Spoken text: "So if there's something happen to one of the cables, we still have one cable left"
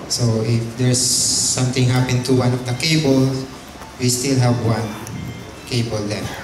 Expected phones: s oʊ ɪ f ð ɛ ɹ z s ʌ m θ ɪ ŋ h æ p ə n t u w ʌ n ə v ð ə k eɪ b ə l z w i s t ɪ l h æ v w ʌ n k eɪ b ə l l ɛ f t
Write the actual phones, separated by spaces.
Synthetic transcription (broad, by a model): s oʊ ɪ f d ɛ ɹ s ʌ m t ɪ ŋ h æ p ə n t u w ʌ n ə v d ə k eɪ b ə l w i s t ɪ l h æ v w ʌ n k eɪ b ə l l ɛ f